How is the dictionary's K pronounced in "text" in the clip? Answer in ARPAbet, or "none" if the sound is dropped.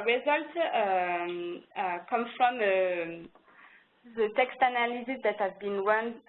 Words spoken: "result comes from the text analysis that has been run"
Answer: K